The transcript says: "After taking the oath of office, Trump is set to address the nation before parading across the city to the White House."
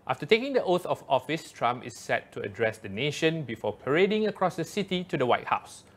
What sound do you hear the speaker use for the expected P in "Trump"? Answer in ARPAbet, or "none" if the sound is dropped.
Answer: none